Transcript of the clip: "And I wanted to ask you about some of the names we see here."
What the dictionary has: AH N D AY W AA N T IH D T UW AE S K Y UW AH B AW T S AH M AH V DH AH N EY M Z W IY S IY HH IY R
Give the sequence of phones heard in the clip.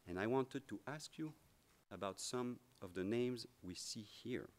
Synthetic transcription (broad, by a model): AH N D AY W AA N T IH D T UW AE S K Y UW AH B AW T S AH M AH V DH AH N EY M Z W IY S IY HH IY R